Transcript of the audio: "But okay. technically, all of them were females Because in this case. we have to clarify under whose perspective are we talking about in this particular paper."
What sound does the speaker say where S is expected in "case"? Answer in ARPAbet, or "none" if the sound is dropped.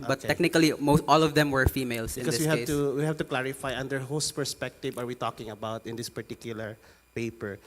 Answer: none